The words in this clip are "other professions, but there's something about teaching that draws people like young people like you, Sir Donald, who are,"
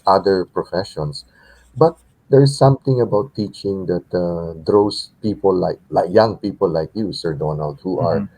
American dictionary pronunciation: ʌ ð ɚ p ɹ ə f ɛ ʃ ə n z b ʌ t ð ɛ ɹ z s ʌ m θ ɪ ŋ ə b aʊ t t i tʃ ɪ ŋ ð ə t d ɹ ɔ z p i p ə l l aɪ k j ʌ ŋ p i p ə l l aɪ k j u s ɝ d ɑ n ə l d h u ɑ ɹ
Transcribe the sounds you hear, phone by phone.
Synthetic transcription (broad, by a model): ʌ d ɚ p ɹ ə f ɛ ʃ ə n s b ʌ t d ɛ ɹ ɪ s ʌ m t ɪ ŋ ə b aʊ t t i tʃ ɪ ŋ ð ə t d ɹ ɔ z p i p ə l l aɪ k j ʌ ŋ p i p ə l l aɪ k j u s ɝ d ɑ n ə l d h u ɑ ɹ